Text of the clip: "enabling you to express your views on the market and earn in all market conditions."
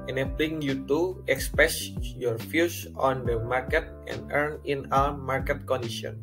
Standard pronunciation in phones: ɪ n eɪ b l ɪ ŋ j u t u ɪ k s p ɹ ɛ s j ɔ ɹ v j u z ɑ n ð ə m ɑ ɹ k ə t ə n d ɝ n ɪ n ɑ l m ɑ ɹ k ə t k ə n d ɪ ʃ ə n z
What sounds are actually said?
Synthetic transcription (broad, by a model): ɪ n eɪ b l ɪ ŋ j u t u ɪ k s p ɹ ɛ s j ɔ ɹ f j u s ɑ n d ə m ɑ ɹ k ə t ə n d ɝ n ɪ n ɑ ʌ m ɑ ɹ k ə t k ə n d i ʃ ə n